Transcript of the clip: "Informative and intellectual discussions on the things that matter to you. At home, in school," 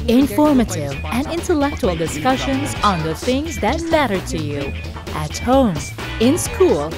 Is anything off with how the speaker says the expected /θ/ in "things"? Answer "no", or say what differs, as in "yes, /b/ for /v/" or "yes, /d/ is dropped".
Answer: no